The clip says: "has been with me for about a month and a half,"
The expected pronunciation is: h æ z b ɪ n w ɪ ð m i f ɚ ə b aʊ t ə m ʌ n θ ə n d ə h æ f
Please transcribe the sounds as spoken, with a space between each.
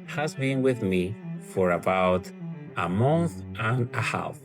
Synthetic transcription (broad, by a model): h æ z b ɪ n w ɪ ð m i f ɚ ə b aʊ t ə m ʌ n θ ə n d ə h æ f